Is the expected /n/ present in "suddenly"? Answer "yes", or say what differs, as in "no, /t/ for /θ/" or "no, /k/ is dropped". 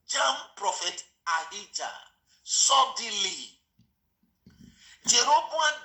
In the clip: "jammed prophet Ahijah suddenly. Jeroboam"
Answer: no, /n/ is dropped